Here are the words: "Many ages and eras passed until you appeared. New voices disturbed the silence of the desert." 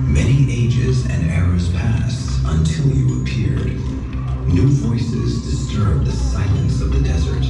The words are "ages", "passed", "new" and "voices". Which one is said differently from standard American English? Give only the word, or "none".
none